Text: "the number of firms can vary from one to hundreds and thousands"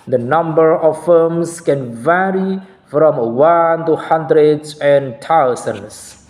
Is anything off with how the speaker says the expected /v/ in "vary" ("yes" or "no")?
no